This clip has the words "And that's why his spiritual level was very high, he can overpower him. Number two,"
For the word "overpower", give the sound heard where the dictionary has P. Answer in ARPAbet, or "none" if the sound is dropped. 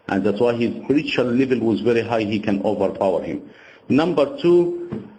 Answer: P